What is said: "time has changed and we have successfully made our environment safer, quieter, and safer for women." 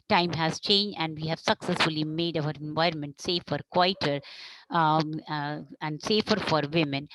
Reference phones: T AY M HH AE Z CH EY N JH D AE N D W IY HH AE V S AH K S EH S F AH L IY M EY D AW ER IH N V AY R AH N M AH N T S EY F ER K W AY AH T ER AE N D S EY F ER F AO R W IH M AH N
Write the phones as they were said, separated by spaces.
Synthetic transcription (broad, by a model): T AY M HH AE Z CH EY N JH D AE N D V IY HH AE V S AH K S EH S F AH L IY M EY D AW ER IH N V AY R AH N M AH N T S EY F ER K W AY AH T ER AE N D S EY F ER F AO R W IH M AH N